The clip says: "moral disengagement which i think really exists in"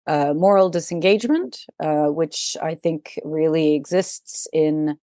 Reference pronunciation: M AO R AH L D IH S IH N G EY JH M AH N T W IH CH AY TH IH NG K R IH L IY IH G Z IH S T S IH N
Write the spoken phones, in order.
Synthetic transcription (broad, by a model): M AO R L D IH S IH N G EY JH M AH N T W IH CH AY TH IH NG K R IH L IY IH G Z IH S T S IH N